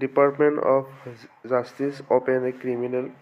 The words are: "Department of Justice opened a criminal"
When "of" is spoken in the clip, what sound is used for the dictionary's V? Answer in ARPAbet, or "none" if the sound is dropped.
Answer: P